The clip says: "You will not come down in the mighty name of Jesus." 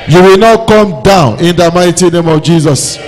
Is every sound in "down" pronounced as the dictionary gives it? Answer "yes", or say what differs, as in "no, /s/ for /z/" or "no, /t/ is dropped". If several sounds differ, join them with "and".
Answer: yes